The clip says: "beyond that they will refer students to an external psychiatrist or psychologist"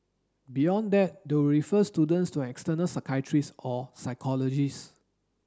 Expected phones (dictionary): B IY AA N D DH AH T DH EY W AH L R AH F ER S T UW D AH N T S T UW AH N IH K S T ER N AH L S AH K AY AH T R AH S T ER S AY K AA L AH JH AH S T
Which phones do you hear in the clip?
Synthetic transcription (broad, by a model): B IY AA N D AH T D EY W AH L R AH F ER S T UW D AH N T S T UW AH K S T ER N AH L S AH K AY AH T R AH S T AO S AY K AA L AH JH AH S